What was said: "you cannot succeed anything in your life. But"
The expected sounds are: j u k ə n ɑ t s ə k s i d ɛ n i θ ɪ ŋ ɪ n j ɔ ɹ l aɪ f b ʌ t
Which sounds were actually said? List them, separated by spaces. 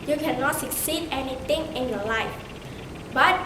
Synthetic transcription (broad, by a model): j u k ə n ɑ t s ə k s i d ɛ n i t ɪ ŋ ɪ n j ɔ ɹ l aɪ f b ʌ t